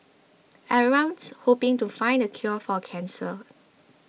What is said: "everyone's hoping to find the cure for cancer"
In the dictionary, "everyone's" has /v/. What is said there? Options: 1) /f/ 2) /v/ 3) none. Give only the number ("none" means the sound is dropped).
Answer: 3